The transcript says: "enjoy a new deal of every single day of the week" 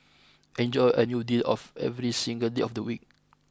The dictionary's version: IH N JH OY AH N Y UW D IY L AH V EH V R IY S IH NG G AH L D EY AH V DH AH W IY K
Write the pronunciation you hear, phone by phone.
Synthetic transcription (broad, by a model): IH N JH OY AH N Y UW D IY L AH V EH V R IY S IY NG G AH L D EY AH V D AH W IY K